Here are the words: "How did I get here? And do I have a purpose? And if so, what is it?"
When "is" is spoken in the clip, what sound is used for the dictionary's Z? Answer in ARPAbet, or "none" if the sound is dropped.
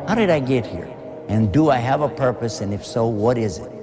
Z